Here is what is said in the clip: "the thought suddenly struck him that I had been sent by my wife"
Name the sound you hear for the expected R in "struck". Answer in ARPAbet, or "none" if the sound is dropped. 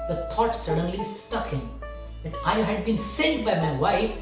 none